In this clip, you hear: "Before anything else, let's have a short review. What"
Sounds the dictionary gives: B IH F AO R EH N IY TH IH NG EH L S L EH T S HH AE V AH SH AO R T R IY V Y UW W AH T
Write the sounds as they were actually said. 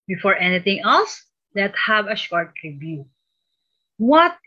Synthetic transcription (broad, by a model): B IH F AO R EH N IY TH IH NG EH L S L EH T HH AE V AH SH AO R T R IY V Y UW W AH T